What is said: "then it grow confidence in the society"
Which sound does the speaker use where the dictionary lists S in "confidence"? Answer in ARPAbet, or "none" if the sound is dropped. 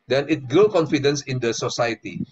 S